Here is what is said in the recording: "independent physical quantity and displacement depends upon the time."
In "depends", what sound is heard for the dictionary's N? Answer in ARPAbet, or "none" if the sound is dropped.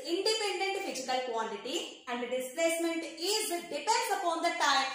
none